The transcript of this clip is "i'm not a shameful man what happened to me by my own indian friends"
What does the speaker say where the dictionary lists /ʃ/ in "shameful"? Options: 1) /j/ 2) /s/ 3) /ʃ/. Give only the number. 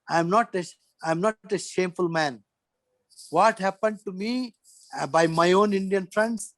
3